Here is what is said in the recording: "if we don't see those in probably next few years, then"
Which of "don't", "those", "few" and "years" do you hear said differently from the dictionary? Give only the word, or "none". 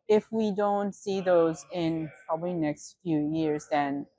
none